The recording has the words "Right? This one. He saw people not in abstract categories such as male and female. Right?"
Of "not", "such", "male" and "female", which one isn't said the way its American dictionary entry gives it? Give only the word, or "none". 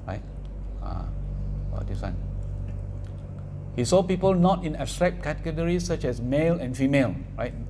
none